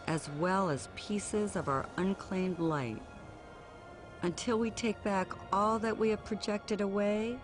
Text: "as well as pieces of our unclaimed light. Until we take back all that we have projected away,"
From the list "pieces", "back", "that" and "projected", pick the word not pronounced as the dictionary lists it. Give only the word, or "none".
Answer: none